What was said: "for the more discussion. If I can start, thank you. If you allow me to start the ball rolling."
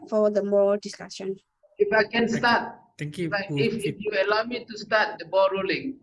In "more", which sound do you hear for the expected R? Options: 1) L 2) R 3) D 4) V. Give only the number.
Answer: 1